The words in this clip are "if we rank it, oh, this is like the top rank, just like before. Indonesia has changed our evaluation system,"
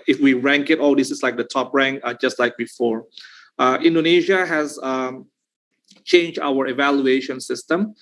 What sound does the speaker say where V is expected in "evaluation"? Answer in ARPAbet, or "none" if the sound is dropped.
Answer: V